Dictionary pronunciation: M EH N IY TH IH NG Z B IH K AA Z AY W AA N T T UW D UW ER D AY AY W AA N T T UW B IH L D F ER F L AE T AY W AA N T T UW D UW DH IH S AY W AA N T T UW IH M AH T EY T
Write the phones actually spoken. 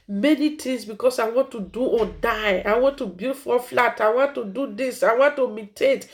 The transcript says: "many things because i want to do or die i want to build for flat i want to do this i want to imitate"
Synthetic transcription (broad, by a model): M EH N IY T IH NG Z B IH K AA S AY W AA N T T UW D UW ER D AY AY W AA N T T UW B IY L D F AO F L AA T AY W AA N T T UW D UW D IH S AY W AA N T T UW M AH T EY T